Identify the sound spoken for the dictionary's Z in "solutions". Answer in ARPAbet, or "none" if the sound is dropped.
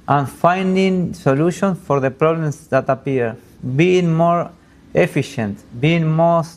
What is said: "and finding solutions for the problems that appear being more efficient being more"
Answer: none